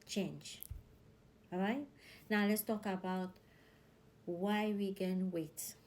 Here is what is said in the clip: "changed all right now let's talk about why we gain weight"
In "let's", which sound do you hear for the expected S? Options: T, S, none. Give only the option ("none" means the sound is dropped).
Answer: S